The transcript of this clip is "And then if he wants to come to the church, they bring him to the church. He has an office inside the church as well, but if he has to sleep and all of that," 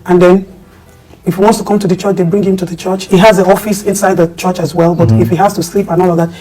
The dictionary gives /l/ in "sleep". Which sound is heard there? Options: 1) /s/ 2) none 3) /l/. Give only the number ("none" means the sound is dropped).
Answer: 3